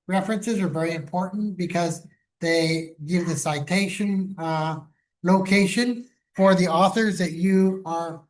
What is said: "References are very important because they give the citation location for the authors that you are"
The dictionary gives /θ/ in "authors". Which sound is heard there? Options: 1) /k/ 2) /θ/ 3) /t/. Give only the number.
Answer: 2